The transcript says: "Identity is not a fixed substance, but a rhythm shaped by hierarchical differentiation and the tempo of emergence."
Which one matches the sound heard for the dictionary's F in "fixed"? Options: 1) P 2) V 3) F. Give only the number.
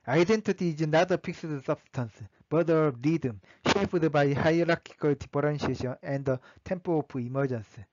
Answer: 1